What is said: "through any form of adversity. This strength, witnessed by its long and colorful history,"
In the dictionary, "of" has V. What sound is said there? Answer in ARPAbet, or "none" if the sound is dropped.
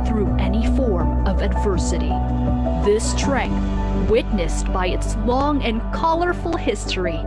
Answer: V